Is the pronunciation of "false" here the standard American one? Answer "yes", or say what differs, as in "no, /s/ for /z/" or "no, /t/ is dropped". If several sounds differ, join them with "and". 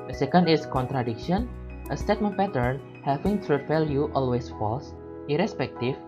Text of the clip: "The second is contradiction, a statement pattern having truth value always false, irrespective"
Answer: yes